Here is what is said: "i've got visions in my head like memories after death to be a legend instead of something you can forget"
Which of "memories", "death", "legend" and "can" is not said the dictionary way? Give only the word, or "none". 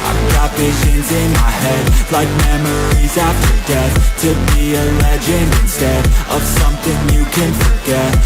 legend